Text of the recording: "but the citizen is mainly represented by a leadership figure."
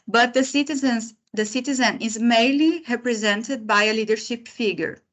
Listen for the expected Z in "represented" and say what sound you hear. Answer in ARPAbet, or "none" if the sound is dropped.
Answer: Z